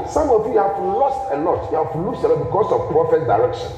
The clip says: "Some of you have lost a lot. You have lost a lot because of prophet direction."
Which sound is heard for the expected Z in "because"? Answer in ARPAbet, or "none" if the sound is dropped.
S